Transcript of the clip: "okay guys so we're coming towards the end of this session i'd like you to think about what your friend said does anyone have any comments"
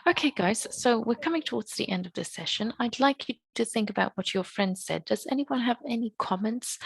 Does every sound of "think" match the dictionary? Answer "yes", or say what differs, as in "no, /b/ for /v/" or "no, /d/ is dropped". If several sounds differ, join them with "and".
yes